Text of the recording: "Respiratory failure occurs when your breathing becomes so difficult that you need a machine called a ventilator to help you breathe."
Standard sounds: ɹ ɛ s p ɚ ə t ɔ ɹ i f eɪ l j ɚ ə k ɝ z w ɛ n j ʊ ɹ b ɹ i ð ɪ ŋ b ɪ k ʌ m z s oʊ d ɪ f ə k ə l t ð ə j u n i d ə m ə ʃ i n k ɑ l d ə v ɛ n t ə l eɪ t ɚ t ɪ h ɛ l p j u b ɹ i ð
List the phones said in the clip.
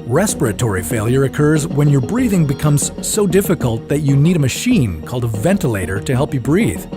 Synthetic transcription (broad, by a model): ɹ ɛ s p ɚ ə t ɔ ɹ i f eɪ l j ɚ ə k ɝ z w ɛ n j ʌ ɹ b ɹ i ð ɪ ŋ b ɪ k ʌ m z s oʊ d ɪ f ə k ə l t ð ə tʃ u n i d ə m ə ʃ i n k ɑ l d ə v ɛ n t ə l eɪ t ɚ t ɪ h ɛ l p j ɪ b ɹ i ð